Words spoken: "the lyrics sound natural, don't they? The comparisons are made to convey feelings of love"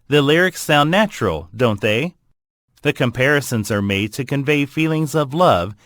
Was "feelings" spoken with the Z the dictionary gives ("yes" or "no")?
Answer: yes